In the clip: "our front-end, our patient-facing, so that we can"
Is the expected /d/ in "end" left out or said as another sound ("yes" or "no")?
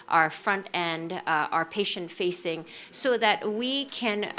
no